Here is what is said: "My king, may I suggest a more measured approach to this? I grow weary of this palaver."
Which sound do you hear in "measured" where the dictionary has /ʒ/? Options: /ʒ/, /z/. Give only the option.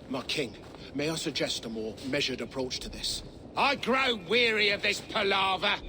/ʒ/